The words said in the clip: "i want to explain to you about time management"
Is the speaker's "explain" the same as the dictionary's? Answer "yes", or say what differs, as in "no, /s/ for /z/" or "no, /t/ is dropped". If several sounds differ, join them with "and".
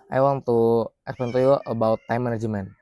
no, /l/ is dropped